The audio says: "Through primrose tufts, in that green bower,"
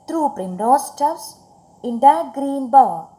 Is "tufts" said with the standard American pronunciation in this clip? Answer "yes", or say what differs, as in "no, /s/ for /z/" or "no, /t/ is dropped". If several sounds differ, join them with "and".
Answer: no, /f/ is dropped